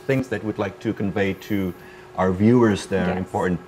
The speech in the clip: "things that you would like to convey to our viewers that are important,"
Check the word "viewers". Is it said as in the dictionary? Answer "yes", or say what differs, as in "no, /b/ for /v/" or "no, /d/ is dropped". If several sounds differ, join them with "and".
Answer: yes